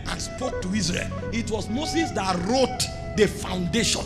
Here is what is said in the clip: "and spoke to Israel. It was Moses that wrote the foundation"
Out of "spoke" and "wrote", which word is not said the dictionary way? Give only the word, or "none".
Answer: none